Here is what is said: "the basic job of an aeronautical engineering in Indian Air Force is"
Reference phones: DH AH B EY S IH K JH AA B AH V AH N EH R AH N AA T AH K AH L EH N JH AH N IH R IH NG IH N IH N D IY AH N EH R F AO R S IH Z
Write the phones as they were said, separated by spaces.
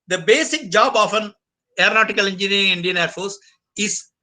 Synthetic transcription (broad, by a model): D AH B EY S IH K JH AA B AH F AH N EH R AH N AA T AH K AH L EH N JH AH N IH R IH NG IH IH N D IY AH N EH R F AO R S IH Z